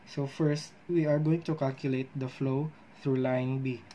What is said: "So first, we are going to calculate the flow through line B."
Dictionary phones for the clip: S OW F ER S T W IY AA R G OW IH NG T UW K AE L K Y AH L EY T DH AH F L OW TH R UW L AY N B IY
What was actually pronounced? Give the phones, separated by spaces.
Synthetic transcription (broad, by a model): S OW F ER S T W IY AA R G OW IH NG T UW K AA L K Y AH L EY T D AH F L OW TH R UW L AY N B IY